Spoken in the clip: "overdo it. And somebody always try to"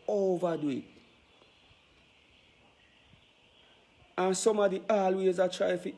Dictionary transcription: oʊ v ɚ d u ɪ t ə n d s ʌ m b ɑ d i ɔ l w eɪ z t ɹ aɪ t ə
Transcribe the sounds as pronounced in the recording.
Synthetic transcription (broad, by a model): oʊ v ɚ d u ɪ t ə n s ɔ m ɑ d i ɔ l w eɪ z t ɹ aɪ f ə